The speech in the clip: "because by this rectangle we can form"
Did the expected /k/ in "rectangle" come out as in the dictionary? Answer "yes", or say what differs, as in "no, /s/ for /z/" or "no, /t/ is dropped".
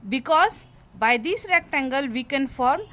yes